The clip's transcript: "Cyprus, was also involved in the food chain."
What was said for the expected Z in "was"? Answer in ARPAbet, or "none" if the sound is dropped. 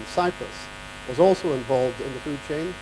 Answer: Z